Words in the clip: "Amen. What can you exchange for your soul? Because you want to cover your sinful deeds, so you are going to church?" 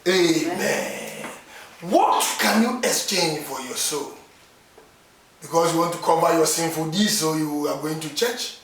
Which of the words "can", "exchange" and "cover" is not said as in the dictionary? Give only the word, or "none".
cover